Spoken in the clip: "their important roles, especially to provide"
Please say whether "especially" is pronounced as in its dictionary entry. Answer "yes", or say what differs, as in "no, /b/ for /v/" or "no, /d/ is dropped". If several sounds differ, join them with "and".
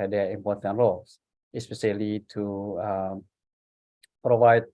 no, /s/ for /ʃ/